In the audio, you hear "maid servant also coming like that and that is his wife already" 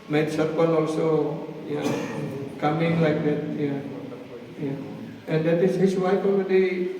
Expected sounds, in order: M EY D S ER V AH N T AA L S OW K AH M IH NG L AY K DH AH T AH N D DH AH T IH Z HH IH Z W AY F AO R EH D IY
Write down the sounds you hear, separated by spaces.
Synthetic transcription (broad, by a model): M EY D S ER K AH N AA L S OW K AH M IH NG L AY K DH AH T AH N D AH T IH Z HH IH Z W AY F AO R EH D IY